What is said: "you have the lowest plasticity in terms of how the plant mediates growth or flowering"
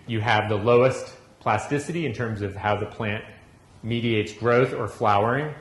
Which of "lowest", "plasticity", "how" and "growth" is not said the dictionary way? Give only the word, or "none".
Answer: none